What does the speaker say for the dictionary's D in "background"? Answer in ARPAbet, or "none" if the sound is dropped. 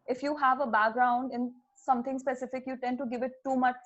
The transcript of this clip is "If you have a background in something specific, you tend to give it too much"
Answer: D